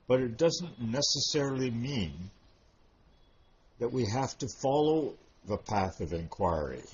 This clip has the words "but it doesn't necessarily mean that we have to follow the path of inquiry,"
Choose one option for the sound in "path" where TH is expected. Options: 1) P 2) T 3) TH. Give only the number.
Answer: 3